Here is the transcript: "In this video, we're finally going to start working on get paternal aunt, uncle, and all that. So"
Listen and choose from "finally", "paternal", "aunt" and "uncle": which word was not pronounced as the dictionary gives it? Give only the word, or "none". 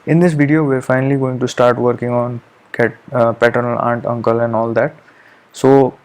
none